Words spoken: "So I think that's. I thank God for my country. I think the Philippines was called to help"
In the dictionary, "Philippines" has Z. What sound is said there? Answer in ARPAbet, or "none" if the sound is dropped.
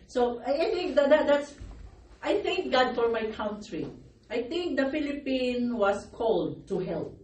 none